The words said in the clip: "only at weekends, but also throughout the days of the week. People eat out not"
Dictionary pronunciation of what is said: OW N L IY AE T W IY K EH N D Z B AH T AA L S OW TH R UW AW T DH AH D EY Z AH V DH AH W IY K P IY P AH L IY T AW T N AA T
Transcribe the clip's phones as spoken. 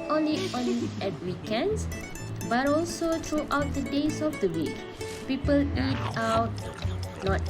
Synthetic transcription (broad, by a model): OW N L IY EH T W IY K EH N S B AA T AA L S OW T R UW AW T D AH D EY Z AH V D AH W IY K P IY P AH L IY T AW T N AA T